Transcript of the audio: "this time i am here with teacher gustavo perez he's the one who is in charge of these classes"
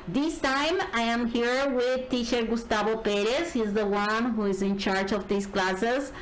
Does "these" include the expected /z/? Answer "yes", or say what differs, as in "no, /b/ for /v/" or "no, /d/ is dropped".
no, /s/ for /z/